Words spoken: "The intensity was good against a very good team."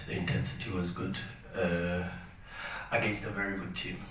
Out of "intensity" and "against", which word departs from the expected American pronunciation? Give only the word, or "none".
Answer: against